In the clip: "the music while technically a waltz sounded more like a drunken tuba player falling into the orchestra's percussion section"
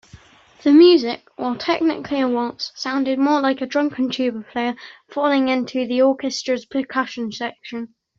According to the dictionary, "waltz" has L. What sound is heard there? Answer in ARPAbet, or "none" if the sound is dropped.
N